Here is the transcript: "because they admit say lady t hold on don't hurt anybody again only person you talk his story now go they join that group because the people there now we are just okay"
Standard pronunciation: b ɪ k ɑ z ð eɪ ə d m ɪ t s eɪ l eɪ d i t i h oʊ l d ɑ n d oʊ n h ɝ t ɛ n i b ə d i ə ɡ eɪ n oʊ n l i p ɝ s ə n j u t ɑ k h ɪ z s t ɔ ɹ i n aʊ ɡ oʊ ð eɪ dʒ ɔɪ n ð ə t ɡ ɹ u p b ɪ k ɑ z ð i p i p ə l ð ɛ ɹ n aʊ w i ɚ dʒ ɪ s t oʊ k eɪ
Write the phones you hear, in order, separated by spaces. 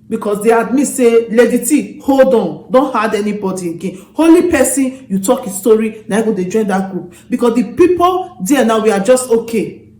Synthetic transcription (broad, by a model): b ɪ k ɑ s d eɪ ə d m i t s eɪ l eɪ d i t i h oʊ l d ɑ n d oʊ n h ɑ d ɛ n i b ə d i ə ɡ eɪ n oʊ l i p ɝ s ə n j u t ɑ k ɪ s t ɔ ɹ i n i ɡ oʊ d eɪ dʒ ɔɪ n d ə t ɡ ɹ u p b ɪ k ɑ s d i p i p ə l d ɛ n aʊ w i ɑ dʒ ɪ s t oʊ k eɪ